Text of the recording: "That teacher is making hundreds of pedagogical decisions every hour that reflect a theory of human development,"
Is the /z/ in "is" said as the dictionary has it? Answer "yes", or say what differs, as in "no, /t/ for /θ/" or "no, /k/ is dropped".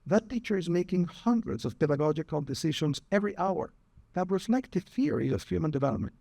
yes